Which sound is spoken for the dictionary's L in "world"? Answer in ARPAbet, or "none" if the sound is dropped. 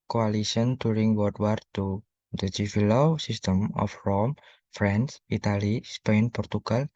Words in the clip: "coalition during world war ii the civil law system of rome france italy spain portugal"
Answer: none